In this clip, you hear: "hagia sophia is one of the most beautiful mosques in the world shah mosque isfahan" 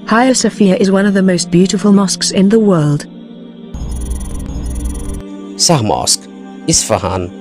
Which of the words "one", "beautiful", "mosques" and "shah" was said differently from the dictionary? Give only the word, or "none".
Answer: shah